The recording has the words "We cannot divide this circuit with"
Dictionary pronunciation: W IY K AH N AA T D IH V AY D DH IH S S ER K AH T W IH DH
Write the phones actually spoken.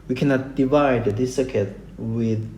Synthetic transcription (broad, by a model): W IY K AH N AA T D IH V AY D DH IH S S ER K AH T W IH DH